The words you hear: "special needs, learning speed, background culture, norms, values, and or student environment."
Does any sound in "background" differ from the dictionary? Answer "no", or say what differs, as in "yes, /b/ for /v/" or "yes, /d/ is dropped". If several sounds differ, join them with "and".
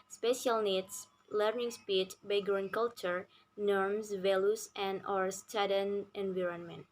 yes, /k/ is dropped